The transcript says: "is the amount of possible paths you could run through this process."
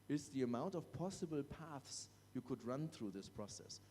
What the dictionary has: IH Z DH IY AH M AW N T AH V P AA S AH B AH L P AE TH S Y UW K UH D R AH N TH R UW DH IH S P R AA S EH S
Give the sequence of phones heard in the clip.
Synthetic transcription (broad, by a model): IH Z DH IY AH M AW N T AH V P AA S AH B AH L P AE TH S Y UW K UH D R AH N TH R UW DH IH S P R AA S EH S